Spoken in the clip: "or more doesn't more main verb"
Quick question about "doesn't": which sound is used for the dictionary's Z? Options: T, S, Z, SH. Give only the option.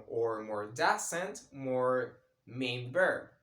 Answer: S